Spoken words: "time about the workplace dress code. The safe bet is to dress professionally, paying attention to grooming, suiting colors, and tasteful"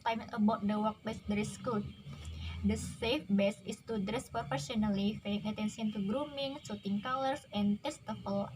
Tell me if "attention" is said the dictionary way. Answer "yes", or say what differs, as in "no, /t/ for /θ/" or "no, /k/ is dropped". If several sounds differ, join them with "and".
no, /s/ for /ʃ/